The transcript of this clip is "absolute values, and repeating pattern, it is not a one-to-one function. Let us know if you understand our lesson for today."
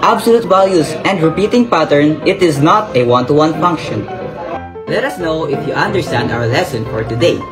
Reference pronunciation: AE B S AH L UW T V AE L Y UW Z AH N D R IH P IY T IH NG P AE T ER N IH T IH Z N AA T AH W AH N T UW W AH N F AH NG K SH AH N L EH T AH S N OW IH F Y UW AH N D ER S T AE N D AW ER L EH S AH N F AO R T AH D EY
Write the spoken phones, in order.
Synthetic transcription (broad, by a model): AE B S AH L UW T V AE L Y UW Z AH N D R IH P IY T IH NG P AE T ER N IH T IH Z N AA T AH W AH N T UW W AH N F AH NG K SH AH N L EH T AH S N OW IH F Y UW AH N D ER S T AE N D AW ER L EH S AH N F AO R T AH D EY